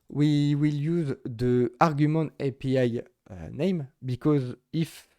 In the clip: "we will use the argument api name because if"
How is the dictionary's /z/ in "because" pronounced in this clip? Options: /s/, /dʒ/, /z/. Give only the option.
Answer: /z/